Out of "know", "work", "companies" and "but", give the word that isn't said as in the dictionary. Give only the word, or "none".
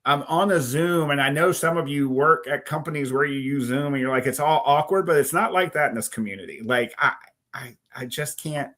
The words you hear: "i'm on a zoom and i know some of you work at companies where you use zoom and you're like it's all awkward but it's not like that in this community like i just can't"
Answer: none